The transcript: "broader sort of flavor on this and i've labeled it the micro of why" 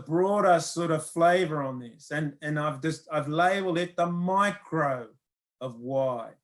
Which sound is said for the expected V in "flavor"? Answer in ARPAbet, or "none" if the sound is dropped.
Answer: V